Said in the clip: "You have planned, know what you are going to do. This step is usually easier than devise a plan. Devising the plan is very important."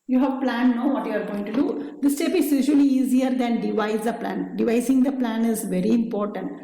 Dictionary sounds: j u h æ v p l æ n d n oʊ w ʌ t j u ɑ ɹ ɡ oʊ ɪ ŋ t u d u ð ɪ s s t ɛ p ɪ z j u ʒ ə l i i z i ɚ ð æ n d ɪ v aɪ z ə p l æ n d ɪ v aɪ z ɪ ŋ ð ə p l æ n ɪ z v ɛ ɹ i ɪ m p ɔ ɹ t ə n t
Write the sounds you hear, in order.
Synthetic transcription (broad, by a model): j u h æ v p l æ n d n oʊ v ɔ t j u ɑ ɹ ɡ oʊ ɪ ŋ t u d u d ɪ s s t ɛ p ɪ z j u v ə l i i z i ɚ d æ n d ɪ v aɪ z ə p l æ n d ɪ v aɪ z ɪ ŋ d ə p l æ n ɪ z v ɛ ɹ i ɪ m p ɔ ɹ t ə n t